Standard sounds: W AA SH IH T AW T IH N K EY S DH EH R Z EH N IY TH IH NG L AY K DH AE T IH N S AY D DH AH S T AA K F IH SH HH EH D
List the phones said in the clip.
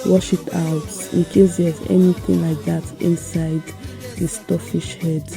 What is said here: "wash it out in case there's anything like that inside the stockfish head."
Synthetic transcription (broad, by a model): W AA SH IH T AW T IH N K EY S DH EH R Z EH N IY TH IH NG L AY K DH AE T IH N S AY D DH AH S T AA F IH SH HH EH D